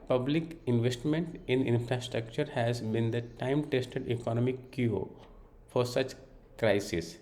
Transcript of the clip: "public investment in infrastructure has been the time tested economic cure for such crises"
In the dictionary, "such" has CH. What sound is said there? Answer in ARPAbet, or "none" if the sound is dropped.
CH